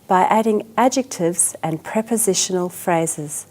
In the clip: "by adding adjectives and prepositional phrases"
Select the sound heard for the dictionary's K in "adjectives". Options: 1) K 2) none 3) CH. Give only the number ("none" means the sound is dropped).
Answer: 1